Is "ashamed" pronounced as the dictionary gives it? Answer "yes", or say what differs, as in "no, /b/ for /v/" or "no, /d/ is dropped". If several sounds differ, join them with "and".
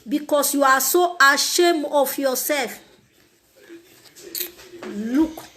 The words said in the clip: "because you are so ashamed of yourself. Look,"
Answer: no, /d/ is dropped